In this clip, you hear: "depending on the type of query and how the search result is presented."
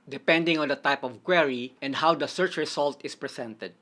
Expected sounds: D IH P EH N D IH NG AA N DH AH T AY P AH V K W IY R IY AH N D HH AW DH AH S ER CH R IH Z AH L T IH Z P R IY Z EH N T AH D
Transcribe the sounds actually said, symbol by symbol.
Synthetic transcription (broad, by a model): D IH P EH N D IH NG AA N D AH T AY P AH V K W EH R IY AH N D HH AW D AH S ER CH R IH S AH L T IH S P R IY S EH N T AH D